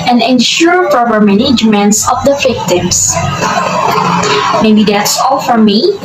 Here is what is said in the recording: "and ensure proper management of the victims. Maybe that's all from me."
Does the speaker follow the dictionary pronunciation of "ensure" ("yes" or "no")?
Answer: yes